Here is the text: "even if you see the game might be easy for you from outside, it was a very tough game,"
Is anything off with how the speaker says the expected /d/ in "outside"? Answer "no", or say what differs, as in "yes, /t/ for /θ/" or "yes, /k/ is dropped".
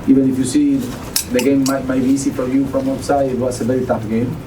yes, /d/ is dropped